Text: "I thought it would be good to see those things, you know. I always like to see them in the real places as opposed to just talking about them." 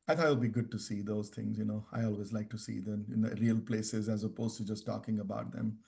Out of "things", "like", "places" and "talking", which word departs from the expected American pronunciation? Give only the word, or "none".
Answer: things